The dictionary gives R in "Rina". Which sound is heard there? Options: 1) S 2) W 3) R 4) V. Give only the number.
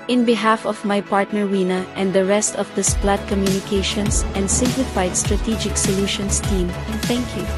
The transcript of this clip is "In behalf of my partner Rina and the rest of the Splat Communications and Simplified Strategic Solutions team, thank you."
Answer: 2